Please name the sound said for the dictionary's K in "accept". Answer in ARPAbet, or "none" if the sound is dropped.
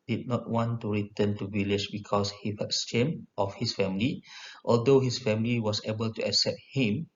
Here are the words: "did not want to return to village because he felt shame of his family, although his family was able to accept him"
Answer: K